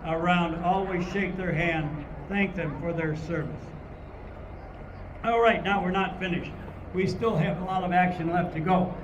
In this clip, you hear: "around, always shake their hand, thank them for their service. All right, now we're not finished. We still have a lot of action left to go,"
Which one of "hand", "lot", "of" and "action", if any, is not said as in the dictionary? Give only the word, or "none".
none